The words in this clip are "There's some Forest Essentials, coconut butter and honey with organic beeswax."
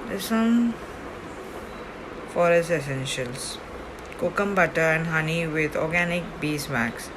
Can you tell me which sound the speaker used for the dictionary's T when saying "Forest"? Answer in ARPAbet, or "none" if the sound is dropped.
none